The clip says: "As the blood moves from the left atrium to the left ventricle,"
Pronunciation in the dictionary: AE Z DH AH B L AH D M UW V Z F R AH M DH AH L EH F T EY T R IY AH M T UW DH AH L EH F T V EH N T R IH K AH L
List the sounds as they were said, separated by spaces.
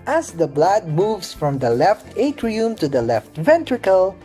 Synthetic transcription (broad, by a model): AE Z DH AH B L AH D M UW V S F R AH M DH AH L EH F T EY T R IY AH M T UW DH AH L EH F T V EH N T R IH K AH L